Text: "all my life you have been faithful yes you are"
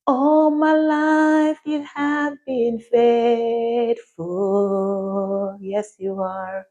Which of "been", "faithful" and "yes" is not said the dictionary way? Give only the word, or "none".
faithful